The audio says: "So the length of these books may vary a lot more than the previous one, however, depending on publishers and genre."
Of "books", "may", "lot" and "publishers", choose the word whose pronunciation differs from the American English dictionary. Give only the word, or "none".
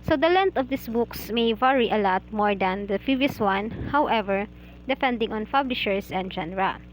publishers